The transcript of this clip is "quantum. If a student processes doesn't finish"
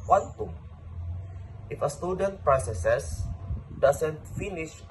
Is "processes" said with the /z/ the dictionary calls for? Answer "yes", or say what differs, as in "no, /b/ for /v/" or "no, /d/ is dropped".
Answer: no, /s/ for /z/